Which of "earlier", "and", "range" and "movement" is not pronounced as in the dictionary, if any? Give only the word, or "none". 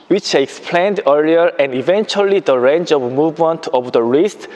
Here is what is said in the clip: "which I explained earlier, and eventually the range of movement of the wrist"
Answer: none